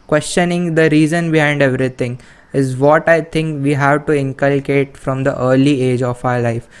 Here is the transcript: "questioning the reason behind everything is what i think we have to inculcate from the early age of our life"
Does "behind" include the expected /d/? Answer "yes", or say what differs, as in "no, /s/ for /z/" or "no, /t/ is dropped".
yes